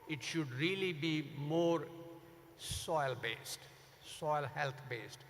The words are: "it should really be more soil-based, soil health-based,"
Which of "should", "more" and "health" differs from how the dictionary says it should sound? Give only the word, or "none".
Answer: health